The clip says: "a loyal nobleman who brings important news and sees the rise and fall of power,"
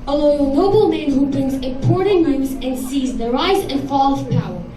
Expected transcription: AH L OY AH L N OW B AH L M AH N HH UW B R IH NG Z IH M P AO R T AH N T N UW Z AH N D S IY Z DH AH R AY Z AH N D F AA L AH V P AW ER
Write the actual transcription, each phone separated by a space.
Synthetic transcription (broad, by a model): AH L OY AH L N OW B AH L M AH N HH UW B R IH NG Z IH P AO R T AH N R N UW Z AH N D S IY Z DH AH R AY Z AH N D F AA L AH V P AW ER